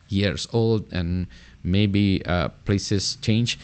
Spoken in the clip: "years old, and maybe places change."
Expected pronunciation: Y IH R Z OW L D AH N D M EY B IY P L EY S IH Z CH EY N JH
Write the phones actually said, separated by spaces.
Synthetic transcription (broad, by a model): Y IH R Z OW L D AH N M EY B IY P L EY S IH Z CH EY N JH